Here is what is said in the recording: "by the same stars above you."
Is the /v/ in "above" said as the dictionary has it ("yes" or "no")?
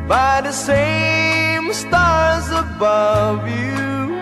yes